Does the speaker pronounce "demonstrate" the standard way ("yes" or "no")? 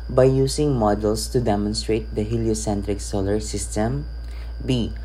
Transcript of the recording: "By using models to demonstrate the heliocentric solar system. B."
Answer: yes